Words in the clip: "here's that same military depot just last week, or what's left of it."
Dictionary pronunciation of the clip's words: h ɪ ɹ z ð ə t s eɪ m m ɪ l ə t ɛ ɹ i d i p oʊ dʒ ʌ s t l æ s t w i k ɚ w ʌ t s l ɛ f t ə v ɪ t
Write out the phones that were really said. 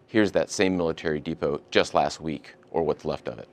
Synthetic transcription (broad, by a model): h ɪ ɹ z ð ə t s eɪ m m ɪ l ə t ɛ ɹ i d i p oʊ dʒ ʌ s t l æ s t w i k ɚ w ʌ t s l ɛ f t ə v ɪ t